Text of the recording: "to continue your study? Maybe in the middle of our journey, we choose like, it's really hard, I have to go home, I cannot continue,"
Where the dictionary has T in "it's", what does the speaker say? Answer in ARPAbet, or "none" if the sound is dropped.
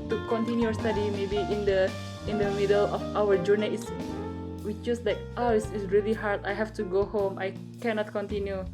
S